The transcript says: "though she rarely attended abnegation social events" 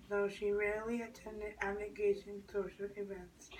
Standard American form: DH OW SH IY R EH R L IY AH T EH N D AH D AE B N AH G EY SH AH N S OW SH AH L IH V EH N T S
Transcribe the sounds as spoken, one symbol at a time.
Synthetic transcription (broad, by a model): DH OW SH IY R EH R L IY AH T EH N D AH D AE N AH G EY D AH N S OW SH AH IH V EH N T S